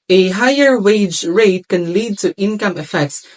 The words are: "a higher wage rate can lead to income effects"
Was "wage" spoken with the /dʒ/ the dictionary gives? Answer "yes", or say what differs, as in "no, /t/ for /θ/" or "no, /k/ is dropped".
yes